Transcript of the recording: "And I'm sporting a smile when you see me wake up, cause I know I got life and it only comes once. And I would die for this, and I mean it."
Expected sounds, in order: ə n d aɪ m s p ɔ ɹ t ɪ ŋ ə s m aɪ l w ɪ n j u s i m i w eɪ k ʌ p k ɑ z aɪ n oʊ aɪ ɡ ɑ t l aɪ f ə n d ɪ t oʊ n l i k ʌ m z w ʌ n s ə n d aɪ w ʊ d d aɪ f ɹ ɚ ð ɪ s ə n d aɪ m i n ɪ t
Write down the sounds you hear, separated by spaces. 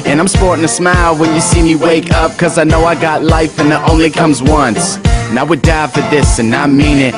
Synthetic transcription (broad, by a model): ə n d aɪ m s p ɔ ɹ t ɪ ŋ ə s m aɪ l w ɪ n j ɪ s i m i w eɪ k ʌ p k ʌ z aɪ n oʊ aɪ ɡ ɑ t l aɪ f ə n ɪ t oʊ n l i k ʌ m z w ʌ n s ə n aɪ w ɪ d d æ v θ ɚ ð ɪ s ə n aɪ m i n ɪ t